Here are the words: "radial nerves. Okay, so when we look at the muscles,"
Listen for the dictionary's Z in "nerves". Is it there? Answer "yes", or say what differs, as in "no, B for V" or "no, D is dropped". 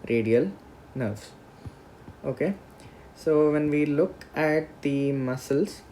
no, S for Z